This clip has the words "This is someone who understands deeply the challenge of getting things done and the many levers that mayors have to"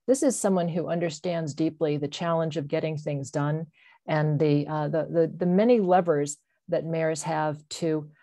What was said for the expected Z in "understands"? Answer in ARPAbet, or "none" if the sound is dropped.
Z